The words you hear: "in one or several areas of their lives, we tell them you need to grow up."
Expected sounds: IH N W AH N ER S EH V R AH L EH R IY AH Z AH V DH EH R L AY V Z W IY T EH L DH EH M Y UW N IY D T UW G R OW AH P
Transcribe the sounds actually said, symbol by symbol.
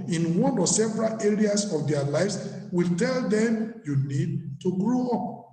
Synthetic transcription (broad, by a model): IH N W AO N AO S EH V R AH L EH R IY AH S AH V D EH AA L AY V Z W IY T EH L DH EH M Y UW N IY D T UW G R OW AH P